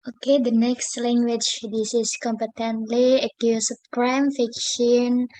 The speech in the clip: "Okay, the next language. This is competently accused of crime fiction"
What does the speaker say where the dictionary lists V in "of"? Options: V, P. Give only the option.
P